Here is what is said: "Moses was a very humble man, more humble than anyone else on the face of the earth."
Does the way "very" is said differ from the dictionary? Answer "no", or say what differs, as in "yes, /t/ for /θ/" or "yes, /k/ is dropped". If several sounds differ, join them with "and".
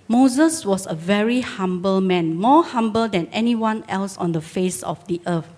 no